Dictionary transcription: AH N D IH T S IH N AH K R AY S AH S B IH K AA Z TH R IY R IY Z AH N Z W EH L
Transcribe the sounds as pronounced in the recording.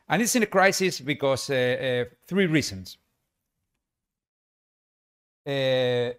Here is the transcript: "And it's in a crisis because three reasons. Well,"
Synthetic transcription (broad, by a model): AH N IH T S IH N AH K R AY S AH S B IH K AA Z TH R IY R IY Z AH N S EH